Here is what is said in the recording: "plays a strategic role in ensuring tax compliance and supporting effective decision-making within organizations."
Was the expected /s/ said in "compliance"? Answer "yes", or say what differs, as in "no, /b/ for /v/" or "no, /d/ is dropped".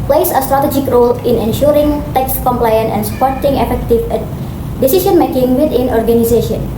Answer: no, /s/ is dropped